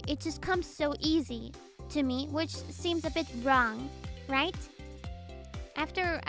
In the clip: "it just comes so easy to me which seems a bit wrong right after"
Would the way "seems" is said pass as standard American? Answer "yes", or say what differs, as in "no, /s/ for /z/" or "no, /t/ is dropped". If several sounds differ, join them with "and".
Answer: yes